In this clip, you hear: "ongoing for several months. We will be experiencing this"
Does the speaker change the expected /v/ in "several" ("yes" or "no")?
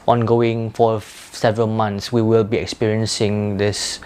no